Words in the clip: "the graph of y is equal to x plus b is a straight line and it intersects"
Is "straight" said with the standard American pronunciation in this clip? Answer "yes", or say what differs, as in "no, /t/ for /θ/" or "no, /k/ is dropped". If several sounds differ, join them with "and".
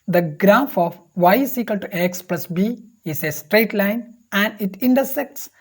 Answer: yes